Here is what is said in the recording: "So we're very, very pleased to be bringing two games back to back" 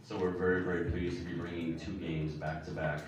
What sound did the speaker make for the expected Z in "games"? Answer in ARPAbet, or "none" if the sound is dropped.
Z